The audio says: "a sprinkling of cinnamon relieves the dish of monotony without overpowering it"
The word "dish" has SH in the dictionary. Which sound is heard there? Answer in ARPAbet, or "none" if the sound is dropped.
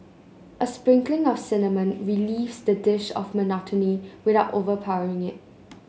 SH